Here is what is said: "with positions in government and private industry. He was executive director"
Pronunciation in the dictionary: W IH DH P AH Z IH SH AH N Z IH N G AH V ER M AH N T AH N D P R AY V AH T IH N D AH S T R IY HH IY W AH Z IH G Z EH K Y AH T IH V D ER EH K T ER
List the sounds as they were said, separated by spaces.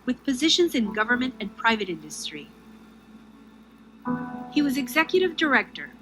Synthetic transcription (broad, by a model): W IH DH P AH Z IH SH AH N Z IH N G AH V ER M AH N T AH N P R AY V AH T IH N D AH S T R IY HH IY W AH Z IH G Z EH K Y AH T IH V D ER EH K T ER